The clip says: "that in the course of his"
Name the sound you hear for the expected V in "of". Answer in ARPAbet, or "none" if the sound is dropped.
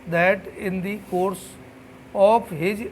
P